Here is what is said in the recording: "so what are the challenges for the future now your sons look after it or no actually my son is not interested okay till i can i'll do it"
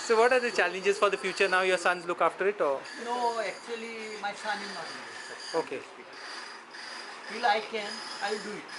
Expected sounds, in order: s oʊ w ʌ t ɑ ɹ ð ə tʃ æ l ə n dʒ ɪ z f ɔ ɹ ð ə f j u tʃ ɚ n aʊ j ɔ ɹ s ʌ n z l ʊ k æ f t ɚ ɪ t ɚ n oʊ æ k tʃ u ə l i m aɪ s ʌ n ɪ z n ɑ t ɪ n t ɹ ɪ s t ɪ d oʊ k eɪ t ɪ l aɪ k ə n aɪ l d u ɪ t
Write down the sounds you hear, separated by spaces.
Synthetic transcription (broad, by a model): s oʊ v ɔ t ɑ ɹ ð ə tʃ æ l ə n dʒ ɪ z f ɔ ɹ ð ə f j u tʃ ɚ n aʊ j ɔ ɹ s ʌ n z l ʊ k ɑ f t ɚ ɪ t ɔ n oʊ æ k tʃ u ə l i m aɪ s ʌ n ɪ z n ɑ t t ɪ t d oʊ k eɪ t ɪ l aɪ k ə n aɪ l d u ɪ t